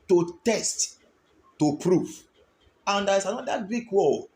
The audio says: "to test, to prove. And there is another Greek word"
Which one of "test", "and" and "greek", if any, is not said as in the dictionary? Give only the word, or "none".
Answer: greek